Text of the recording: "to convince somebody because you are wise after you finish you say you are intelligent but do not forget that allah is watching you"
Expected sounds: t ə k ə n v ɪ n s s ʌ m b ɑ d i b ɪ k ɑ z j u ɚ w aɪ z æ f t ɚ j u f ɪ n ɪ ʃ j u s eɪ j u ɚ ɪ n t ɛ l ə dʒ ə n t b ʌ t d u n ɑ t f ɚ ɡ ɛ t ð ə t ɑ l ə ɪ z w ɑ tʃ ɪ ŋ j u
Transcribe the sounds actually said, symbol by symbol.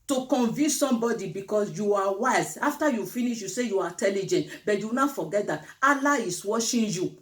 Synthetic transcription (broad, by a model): t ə k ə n v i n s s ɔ m b ɑ d i b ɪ k ɑ s j u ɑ w aɪ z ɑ f t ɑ j u f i n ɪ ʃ j u s eɪ j u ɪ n t ɛ l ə dʒ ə n t b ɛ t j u n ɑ f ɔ ɡ ɛ t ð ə t ɑ l ə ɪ s w ɑ ʃ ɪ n j u